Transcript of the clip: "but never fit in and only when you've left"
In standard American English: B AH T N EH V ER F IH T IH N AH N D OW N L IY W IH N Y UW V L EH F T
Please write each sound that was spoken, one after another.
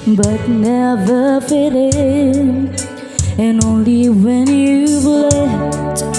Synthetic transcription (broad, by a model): B AH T N EH V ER F IH T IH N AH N OW N L IY W IH N Y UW B L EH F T